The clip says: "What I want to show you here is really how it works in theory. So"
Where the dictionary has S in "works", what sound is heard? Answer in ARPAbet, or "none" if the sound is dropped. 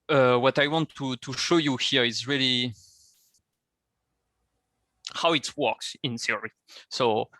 S